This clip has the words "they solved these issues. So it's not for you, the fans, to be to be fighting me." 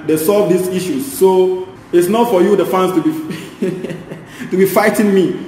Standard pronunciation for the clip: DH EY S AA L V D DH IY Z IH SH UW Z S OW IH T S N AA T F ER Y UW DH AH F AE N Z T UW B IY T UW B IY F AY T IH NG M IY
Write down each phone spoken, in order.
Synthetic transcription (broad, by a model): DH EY S AA L V D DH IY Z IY SH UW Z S OW IH T S N AA T F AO Y UW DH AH F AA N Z T UW B IY T UW B IY F AY T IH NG M IY